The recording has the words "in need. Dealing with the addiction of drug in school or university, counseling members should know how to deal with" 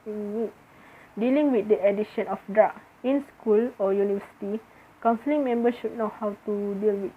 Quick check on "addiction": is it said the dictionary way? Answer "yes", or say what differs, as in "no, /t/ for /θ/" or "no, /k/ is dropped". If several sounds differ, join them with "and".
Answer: no, /k/ is dropped